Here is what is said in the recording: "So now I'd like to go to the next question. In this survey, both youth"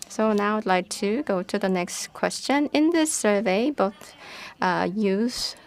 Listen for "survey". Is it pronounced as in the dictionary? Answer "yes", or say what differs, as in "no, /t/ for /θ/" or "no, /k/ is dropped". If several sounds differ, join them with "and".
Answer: yes